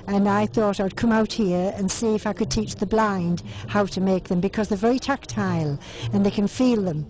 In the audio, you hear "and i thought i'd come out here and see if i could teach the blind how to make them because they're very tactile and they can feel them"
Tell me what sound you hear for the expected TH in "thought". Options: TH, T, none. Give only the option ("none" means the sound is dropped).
TH